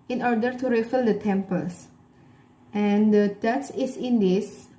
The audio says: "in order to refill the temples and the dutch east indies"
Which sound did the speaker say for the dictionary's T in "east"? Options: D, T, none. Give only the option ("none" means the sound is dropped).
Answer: none